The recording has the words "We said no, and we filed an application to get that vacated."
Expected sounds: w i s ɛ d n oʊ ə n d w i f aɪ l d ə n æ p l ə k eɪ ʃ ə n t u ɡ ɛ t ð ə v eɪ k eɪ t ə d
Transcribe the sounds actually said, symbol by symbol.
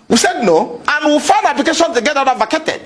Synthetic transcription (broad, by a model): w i s ɛ d n oʊ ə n w i f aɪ n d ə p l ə k eɪ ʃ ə n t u ɡ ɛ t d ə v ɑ k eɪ t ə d